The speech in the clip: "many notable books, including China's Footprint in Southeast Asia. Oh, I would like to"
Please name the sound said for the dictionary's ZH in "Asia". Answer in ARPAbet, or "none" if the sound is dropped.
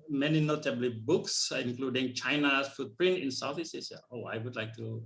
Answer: S